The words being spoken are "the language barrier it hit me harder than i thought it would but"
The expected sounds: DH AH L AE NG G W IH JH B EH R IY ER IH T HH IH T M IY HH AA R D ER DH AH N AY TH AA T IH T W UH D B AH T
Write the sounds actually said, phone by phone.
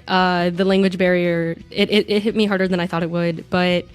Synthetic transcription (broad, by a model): DH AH L AE NG G W IH JH B EH R IY ER IH T HH IH T M IY HH AA R D ER DH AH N AY TH AA T IH T W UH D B AH T